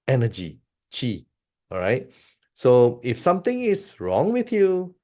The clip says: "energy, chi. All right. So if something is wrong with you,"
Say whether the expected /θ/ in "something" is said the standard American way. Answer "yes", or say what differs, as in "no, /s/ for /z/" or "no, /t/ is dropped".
no, /t/ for /θ/